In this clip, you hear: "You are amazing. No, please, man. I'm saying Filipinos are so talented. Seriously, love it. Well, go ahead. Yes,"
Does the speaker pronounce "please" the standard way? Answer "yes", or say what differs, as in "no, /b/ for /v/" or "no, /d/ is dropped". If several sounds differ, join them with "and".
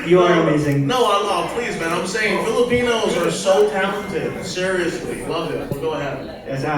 yes